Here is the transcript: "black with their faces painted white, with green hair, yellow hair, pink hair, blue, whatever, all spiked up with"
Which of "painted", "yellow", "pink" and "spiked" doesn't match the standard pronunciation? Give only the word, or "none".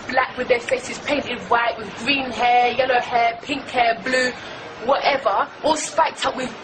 none